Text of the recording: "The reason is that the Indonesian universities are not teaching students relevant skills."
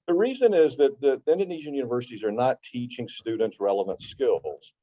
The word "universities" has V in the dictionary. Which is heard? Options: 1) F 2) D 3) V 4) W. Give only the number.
3